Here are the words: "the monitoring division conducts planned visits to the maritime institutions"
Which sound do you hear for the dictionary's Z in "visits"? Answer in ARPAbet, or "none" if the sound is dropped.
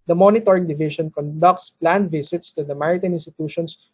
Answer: S